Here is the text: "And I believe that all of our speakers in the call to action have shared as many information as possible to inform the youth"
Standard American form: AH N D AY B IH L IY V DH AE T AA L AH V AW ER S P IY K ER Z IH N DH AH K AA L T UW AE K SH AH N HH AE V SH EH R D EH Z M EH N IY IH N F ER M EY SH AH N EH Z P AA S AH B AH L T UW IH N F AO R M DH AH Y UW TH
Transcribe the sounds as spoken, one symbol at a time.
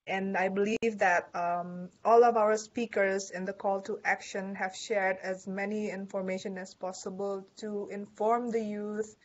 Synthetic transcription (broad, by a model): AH N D AY B IH L IY V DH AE T AA L AH V AW ER S P IY K ER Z IH N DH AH K AA L T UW AE K SH AH N HH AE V SH EH R D EH Z M EH N IY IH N F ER M EY SH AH N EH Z P AA S AH B AH L T UW IH N F AO R M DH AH Y UW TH